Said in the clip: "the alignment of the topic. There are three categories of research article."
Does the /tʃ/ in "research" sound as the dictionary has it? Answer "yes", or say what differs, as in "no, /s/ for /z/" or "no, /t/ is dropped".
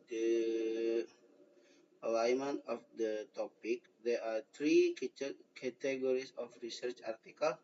yes